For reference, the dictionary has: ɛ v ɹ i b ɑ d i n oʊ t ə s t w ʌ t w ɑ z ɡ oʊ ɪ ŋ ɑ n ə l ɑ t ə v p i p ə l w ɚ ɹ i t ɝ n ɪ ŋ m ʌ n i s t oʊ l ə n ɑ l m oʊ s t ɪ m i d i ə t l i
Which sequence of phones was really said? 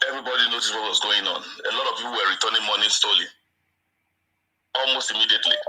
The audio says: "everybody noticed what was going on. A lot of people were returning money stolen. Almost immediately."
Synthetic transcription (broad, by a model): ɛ v ɹ i b ɑ d i n oʊ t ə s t w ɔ t w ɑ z ɡ oʊ ɪ ŋ ɑ n ə l ɑ t ə v p i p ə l w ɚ ɹ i t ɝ n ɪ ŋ m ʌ n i s t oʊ l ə ɑ l m oʊ s t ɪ m i d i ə t l i